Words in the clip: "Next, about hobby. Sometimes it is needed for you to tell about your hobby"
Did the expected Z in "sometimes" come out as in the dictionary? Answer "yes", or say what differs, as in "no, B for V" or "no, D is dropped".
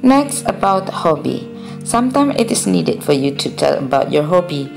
no, Z is dropped